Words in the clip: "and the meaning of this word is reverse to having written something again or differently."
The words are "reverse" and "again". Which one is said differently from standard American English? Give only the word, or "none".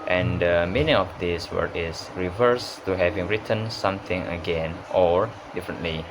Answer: none